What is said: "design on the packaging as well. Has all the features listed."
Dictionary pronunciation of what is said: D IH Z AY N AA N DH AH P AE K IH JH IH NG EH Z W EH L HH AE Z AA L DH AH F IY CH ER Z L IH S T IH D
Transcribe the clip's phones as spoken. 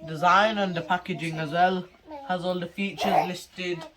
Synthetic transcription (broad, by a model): D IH Z AY N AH N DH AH P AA K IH JH IH NG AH Z W EH L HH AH Z AA L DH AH F IY CH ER Z L IH S T IH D